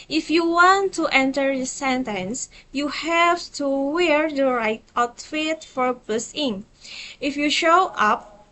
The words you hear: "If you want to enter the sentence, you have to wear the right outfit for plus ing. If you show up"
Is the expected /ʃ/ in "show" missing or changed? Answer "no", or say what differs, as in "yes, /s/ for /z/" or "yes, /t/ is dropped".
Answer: no